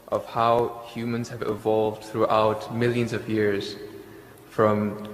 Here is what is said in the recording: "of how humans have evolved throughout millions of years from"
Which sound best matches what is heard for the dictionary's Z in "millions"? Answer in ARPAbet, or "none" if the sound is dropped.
Z